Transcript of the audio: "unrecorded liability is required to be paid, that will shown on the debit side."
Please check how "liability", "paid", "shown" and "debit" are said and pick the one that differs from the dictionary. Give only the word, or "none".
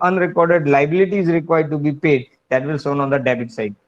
shown